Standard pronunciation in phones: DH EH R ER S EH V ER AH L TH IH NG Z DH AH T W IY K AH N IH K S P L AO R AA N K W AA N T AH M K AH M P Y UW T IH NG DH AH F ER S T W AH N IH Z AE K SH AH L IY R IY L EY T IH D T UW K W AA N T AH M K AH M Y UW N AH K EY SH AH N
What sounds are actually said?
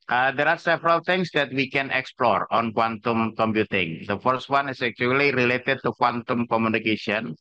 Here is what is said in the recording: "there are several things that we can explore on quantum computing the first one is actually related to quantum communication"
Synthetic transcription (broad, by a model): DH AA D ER S EH V ER AH L T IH NG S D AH T W IY K AH N IH K S P L AO R AA N K W AA N T AH M K AH M P Y UW T IH NG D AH F ER S T W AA N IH S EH K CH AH L IY R IY L EY T IH D T UW K W AA N T AH M K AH M Y UW N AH K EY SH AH N